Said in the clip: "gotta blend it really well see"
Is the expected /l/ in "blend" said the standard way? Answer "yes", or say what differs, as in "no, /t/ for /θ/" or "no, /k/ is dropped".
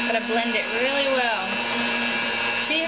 yes